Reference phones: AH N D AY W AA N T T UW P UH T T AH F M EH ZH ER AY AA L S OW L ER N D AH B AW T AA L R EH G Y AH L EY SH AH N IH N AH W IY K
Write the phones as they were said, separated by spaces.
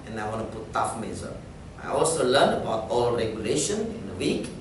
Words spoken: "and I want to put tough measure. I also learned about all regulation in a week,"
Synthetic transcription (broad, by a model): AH N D AY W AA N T T UW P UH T T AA F M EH Z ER AY AA L S OW L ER N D AH B AW T AA L R EH G Y AH L EY SH AH N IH N AH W IY K